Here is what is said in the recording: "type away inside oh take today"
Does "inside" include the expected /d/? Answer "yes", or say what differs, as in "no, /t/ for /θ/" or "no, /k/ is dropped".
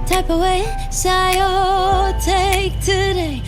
no, /d/ is dropped